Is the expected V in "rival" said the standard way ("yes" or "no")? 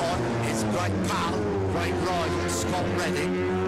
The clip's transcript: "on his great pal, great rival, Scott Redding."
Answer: no